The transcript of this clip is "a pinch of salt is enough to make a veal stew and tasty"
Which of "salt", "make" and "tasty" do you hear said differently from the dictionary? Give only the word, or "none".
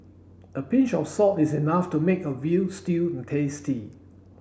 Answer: salt